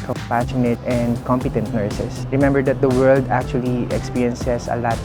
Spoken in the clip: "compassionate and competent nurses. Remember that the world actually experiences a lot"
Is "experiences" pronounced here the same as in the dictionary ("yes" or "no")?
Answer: no